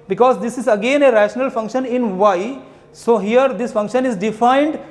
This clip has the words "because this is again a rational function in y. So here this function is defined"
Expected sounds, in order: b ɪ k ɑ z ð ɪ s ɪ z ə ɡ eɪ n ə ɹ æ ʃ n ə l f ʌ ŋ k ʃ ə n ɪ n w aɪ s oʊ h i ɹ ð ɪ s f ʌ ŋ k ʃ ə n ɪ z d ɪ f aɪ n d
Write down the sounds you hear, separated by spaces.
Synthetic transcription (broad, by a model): b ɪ k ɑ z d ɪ s ɪ z ə ɡ eɪ n ə ɹ æ ʃ n ə l f ʌ ŋ k ʃ ə n ɪ n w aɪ s oʊ h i ɹ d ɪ s f ʌ ŋ k ʃ ə n ɪ z d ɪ f aɪ n d